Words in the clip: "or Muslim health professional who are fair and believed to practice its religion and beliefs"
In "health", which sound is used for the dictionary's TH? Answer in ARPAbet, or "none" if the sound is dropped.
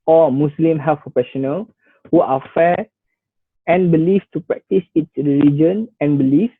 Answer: F